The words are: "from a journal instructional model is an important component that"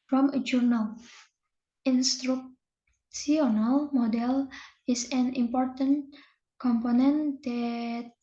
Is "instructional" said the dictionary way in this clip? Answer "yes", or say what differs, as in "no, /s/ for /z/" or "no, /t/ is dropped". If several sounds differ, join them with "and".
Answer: no, /s/ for /ʃ/